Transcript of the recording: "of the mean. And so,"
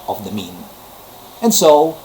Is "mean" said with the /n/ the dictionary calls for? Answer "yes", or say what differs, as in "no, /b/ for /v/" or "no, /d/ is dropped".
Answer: yes